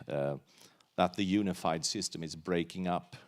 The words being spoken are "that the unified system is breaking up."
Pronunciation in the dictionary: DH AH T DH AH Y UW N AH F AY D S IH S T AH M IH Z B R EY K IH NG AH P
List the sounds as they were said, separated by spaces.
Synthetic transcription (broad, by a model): DH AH T DH AH Y UW N AH F AY D S IH S T AH M IH Z B R EY K IH NG AH P